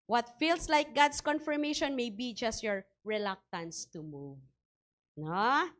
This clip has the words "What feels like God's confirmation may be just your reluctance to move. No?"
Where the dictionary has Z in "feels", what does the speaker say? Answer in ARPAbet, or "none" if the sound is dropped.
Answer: S